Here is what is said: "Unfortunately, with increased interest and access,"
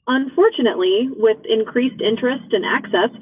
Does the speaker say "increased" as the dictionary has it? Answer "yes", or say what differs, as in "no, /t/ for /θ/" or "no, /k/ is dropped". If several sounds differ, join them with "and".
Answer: yes